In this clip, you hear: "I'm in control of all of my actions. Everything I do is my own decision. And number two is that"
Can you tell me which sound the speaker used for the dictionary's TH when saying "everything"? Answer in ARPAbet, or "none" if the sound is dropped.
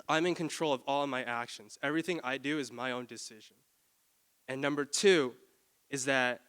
TH